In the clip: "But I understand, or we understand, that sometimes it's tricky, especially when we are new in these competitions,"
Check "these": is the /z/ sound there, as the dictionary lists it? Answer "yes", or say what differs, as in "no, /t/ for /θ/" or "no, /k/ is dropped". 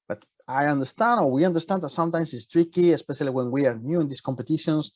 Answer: no, /s/ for /z/